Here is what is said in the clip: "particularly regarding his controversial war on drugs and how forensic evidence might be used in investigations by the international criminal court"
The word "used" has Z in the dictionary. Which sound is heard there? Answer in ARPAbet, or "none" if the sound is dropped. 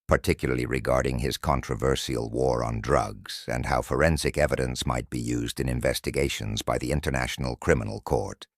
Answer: Z